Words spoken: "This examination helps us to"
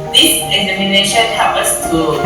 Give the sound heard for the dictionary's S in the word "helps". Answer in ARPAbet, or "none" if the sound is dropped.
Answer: none